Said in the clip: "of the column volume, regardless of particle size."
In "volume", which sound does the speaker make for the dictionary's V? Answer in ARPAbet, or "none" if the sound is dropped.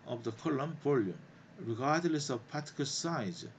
P